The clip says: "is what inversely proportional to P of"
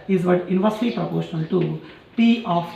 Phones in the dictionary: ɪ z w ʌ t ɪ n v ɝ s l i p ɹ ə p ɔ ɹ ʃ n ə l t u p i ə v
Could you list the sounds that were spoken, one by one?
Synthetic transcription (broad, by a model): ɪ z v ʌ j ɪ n v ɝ s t i p ɹ ə p ɔ ɹ ʃ n ə l t u p i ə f